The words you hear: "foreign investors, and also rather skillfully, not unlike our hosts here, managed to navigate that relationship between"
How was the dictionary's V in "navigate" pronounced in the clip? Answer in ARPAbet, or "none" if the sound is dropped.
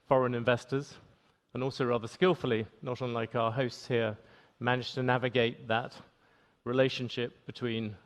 V